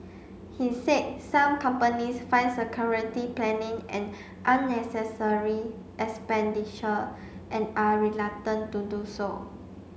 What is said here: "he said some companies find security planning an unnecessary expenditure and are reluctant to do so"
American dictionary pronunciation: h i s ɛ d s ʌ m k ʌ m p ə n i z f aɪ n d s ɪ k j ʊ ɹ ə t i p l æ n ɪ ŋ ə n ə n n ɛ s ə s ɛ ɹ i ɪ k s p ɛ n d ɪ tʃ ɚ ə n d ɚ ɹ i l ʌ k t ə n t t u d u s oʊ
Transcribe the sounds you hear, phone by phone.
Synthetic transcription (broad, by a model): h i s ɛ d s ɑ m k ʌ m p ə n i s f aɪ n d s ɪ k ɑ ɹ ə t i p l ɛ n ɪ ŋ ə n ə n n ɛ s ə s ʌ ɹ i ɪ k s p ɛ n d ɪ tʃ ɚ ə n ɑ ɹ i l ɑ t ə n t t u d u s oʊ